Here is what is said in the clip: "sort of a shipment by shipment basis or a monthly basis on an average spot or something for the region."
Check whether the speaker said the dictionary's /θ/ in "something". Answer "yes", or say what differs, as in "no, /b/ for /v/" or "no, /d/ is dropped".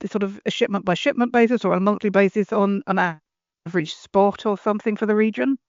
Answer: yes